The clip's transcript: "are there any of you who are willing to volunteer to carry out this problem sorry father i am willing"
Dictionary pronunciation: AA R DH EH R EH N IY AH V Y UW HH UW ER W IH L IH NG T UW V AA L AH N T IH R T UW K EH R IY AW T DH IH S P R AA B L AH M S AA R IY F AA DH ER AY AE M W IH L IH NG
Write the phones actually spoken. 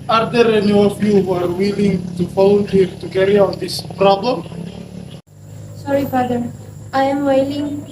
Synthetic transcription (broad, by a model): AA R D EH R EH N IY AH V Y UW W ER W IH L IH NG T UW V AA L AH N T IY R T UW K EH R IY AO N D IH S P R AA B L AH M S AA R IY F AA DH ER AY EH M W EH L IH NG